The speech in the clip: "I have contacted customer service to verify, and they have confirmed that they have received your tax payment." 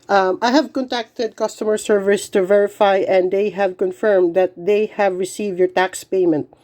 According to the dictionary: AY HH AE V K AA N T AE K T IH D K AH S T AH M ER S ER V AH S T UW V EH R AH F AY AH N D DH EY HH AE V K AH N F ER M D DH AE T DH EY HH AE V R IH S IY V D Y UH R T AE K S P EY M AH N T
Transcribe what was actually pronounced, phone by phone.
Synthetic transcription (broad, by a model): AY HH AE V K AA N T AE K T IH D K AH S T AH M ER S ER V AH S T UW V EH R AH F AY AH N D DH EY HH AE V K AH N F ER M D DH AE T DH EY HH AE V R IH S IY V D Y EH R T AE K S P EY M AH N T